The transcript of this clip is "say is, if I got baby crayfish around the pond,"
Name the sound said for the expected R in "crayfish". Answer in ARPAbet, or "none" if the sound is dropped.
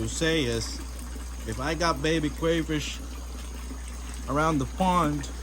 W